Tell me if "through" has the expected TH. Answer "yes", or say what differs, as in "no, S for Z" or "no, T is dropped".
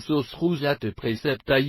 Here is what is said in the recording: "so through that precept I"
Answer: no, S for TH